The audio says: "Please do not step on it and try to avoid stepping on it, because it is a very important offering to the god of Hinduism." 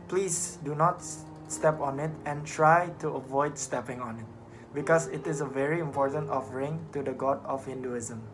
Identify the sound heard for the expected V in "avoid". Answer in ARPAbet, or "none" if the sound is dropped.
V